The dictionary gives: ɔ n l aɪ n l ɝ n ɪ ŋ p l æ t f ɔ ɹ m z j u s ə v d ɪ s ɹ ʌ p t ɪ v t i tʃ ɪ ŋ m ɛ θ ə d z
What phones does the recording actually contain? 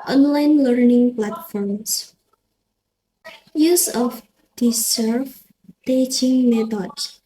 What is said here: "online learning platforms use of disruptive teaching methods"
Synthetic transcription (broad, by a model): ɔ n l aɪ n l ɝ n ɪ ŋ p l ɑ t f ɔ ɹ m s j u s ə f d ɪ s ʌ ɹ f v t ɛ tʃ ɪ ŋ m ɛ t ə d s